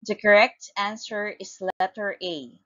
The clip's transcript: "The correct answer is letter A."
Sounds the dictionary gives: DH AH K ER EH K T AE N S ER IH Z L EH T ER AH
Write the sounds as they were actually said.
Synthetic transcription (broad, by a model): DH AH K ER EH K T AE N S ER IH S L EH T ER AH